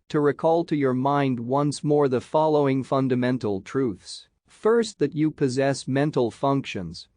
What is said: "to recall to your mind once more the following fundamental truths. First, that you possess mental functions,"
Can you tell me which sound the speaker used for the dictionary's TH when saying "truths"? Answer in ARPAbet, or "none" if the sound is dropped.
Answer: TH